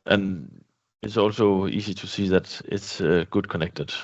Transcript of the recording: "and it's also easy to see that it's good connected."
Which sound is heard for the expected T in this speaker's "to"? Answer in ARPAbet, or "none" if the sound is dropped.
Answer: T